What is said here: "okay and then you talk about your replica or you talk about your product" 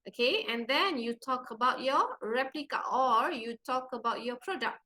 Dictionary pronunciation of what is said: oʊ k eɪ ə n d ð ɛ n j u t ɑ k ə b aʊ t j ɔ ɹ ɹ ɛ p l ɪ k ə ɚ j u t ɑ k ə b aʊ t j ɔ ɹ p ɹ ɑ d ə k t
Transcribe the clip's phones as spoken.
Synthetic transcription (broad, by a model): oʊ k eɪ ə n d ɛ n j u t ɑ k ə b aʊ t j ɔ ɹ ɹ ɛ p l ɪ k ə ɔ j u t ɑ k ə b aʊ t j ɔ p ɹ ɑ d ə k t